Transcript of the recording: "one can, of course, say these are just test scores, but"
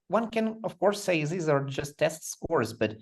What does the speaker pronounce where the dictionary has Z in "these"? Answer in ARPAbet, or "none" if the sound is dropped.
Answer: Z